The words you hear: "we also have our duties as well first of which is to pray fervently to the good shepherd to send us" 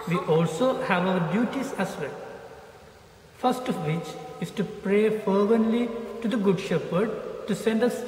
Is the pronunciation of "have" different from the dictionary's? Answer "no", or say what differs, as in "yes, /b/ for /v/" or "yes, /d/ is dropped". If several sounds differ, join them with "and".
no